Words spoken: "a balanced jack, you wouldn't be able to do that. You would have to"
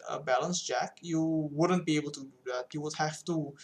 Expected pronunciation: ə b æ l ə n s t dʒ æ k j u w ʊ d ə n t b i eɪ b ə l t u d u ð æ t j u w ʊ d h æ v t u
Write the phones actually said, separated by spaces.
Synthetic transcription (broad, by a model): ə b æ l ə n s dʒ æ k j u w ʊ d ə n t b i eɪ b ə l t u d u ð æ t j u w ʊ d h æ f t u